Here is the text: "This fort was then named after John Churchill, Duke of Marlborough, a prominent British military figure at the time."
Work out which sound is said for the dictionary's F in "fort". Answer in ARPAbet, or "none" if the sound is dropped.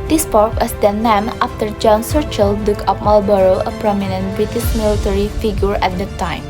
P